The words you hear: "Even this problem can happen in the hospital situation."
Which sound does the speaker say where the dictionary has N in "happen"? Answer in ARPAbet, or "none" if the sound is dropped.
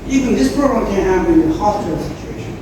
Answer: none